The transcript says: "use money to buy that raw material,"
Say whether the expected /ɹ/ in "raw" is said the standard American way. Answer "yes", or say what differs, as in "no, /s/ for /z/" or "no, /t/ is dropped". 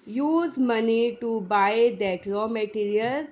no, /l/ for /ɹ/